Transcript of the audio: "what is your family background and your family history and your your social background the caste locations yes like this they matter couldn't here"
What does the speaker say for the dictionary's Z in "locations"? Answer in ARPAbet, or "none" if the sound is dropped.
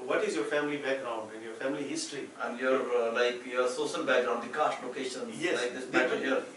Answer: none